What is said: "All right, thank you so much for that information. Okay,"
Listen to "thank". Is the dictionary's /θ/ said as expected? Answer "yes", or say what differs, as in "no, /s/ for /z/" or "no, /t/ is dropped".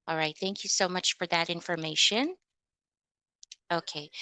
yes